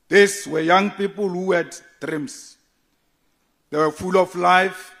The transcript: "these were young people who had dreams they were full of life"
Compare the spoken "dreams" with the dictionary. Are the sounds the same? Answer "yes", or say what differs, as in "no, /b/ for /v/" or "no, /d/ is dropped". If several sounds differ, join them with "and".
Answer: no, /s/ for /z/